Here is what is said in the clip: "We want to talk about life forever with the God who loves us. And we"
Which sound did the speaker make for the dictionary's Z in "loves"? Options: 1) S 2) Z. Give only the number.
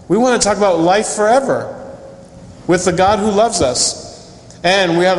2